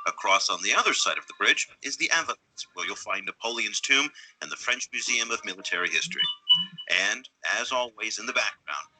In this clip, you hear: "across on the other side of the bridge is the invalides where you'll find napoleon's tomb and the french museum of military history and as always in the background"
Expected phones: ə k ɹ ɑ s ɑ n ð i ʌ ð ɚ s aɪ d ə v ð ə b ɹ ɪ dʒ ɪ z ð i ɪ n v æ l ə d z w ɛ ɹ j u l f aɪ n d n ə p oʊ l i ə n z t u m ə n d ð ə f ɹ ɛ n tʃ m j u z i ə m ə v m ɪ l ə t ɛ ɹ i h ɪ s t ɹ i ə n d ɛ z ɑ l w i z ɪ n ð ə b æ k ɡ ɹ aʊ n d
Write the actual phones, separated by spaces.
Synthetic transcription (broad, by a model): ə k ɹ ɑ s n ð i ʌ ð ɚ s aɪ d ə v ð ə b ɹ ɪ dʒ ɪ z ð i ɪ v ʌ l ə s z w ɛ ɹ j u l f aɪ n n ə p oʊ l i ə n z t u m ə n ð ə f ɹ ɛ n tʃ m j u z i ə m ə v m ɪ l ə t ɛ ɹ i h ɪ s t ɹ i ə n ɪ z ɑ l w i z ɪ n ð ə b æ k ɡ ɹ aʊ n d